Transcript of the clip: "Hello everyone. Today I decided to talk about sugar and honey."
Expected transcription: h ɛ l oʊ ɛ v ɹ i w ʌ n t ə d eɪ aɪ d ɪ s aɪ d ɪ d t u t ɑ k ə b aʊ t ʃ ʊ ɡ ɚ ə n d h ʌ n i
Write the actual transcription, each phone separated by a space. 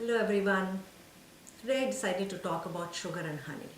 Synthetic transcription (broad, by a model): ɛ l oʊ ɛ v ɹ i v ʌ n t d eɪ d ɪ s aɪ d ɪ d t u t ɑ k ə b aʊ t ʃ ʊ ɡ ɚ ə n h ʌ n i